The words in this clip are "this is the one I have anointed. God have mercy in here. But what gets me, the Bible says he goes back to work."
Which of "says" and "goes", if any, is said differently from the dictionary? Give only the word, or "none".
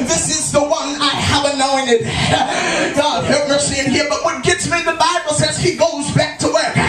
none